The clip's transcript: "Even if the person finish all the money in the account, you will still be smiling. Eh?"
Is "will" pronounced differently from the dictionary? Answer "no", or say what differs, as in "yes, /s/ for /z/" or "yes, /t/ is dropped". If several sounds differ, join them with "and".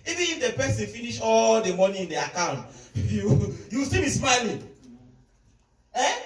yes, /w/ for /l/